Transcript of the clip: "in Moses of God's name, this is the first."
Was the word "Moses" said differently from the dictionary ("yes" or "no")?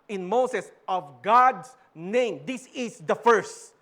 yes